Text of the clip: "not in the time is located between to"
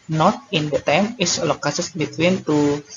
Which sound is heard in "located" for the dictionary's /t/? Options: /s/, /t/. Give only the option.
/s/